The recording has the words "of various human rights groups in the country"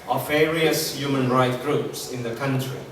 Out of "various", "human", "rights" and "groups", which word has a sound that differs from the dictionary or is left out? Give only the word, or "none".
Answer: rights